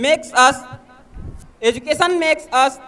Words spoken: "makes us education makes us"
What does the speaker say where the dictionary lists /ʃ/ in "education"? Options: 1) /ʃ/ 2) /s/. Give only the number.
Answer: 2